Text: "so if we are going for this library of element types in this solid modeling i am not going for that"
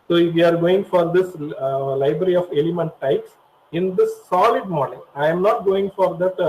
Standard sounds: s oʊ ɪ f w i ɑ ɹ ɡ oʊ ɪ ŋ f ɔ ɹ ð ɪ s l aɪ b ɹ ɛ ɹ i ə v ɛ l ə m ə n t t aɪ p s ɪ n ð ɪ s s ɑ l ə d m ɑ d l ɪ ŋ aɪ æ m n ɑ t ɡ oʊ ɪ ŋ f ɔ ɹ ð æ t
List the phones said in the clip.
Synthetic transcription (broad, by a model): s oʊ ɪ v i ɑ ɹ ɡ oʊ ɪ ŋ f ɔ ɹ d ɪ s l aɪ b ɹ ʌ ɹ i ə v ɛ l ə m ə n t t aɪ p s ɪ n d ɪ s s ɑ l ə d m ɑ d n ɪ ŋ aɪ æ m n ɑ t ɡ oʊ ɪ ŋ f ɔ ɹ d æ t